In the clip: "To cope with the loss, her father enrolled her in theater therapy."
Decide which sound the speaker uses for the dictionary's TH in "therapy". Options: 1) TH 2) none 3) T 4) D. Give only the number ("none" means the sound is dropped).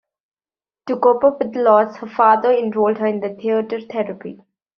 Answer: 3